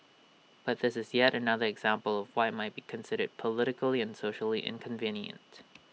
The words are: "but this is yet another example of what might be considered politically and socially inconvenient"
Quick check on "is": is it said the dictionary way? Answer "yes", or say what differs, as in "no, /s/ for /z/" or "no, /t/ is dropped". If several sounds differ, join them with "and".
yes